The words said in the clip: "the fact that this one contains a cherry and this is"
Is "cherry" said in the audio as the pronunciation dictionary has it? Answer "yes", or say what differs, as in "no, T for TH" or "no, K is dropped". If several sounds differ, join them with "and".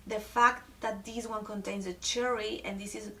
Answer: yes